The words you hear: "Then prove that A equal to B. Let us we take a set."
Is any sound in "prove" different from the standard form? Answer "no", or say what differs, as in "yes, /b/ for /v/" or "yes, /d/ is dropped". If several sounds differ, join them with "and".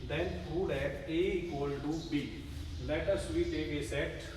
yes, /ɹ/ is dropped